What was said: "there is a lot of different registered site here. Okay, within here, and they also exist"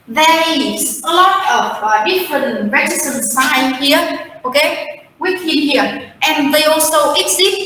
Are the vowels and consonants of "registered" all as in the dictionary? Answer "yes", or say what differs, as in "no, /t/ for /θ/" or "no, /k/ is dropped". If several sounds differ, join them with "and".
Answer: no, /z/ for /dʒ/